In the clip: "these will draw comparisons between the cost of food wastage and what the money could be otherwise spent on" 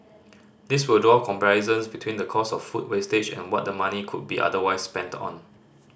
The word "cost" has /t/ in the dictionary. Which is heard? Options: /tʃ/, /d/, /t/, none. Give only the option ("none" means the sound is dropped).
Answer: none